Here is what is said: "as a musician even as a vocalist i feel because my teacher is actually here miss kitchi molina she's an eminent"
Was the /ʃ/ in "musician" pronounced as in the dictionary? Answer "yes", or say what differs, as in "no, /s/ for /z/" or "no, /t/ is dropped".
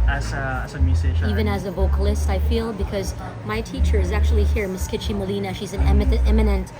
no, /ʃ/ is dropped